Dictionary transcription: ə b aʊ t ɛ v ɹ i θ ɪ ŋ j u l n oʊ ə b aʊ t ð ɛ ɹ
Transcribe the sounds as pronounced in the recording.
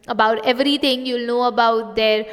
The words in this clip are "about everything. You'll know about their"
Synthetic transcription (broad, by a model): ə b aʊ t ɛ v ɹ i t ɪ ŋ j u l n oʊ ə b aʊ t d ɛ ɹ